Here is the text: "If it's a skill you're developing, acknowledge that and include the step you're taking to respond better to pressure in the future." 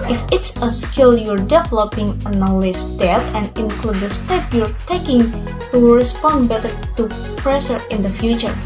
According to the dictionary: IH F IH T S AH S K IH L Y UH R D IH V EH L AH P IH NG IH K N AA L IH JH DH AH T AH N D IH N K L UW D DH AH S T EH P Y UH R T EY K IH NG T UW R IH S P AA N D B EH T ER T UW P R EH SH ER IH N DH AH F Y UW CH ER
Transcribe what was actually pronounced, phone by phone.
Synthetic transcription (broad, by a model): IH F IH T S AH S K IH L Y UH R D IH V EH L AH P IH NG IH N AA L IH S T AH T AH N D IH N K L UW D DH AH S T EH P Y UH R T EY K IH NG T UW R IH S P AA N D B EH T ER T UW P R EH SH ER IH N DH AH F Y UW CH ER